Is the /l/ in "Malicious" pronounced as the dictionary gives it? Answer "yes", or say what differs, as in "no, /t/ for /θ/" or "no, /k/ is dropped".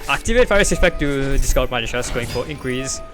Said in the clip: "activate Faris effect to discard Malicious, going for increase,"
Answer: no, /n/ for /l/